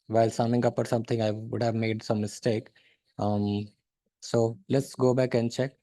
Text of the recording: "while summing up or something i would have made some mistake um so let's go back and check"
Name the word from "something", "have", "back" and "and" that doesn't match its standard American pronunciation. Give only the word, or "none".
something